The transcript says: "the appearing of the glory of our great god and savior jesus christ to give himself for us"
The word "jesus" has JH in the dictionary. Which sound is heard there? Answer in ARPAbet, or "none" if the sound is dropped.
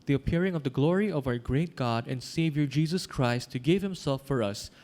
JH